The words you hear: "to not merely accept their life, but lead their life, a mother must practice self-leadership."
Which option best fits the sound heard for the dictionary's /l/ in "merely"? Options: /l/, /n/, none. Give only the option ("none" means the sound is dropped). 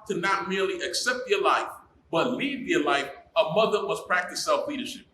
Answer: /l/